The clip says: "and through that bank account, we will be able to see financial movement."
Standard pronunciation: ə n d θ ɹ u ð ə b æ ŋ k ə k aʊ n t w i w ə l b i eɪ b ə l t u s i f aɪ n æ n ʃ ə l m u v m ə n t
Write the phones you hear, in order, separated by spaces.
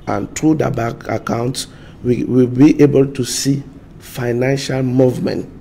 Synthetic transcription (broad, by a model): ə n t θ ɹ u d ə b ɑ k ə k aʊ n t w i w ə l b i eɪ b ə l t u s i f aɪ n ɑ n ʃ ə l m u v m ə n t